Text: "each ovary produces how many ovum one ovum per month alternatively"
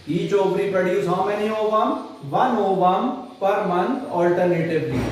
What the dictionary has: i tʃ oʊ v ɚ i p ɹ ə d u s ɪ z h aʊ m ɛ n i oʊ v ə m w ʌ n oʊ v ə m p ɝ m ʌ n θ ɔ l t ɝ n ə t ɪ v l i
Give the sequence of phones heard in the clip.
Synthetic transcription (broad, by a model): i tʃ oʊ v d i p ə d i ɪ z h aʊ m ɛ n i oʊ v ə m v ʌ n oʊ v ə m p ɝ m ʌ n t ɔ l t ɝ n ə t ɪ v l i